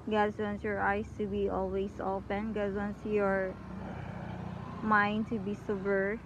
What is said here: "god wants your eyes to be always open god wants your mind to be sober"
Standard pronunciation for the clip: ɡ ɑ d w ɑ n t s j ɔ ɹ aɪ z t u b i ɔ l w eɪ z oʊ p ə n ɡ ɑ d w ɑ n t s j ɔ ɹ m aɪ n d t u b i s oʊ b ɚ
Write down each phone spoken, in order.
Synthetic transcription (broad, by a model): ɡ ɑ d w ɑ n t s j ɔ ɹ aɪ s t u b i ɔ l w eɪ s oʊ p ə n ɡ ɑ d w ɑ n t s j ɔ ɹ m aɪ n d t u b i s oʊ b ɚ